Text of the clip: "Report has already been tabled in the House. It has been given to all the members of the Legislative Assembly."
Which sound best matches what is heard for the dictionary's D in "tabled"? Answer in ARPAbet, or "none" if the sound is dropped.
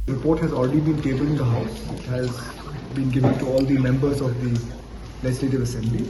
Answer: none